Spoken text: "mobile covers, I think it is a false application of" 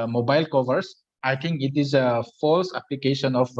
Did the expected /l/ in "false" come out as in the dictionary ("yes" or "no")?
yes